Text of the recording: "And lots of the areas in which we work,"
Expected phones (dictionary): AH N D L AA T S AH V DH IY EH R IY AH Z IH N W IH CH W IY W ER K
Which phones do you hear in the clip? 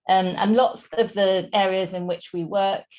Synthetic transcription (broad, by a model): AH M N L AA T S AH V DH IY EH R IY AH Z IH N W IH CH W IY W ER K